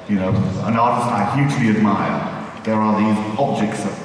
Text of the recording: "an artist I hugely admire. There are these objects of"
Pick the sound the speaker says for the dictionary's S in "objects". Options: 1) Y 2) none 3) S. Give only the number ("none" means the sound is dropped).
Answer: 3